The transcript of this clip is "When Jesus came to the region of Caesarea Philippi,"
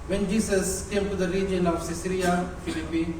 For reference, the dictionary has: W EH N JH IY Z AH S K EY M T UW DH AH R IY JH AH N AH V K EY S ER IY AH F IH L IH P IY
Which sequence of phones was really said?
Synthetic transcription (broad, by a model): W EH N JH IY S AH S K EY M T UW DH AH R IY JH AH N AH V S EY S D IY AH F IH L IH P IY